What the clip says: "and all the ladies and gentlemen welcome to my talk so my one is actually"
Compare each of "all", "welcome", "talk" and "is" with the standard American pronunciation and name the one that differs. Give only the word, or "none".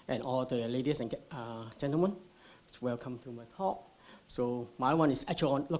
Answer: is